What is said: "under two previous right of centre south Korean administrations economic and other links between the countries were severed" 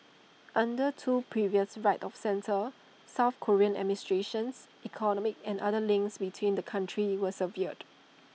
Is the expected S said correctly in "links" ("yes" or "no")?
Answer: yes